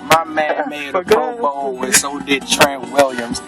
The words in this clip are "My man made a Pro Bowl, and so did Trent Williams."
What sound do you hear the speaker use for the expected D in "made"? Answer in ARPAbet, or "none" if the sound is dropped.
none